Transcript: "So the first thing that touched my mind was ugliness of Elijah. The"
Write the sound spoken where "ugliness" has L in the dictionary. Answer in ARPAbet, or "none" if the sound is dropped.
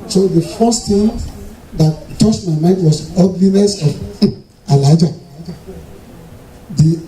L